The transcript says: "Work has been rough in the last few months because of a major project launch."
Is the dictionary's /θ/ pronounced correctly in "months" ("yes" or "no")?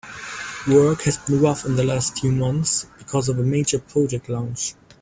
yes